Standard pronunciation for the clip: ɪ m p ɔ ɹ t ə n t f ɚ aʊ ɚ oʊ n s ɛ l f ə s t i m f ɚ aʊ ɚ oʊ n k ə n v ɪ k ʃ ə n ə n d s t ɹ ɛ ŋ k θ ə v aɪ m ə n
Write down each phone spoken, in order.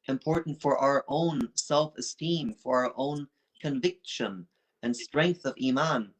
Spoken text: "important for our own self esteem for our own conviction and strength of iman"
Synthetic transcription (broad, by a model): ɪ m p ɔ ɹ t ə n t f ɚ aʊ ɚ oʊ n s ɛ l f ə s t i m f ɚ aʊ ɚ oʊ n k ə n v ɪ k ʃ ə n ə n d s t ɹ ɛ ŋ k θ ə v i m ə n